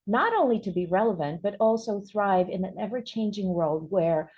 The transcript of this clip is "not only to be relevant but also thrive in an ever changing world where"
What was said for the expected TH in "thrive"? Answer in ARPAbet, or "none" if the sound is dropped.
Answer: TH